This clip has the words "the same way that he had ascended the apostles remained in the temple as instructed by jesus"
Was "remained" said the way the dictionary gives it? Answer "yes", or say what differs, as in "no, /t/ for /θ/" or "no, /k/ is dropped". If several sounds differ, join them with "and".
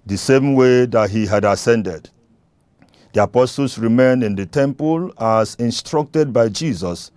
no, /d/ is dropped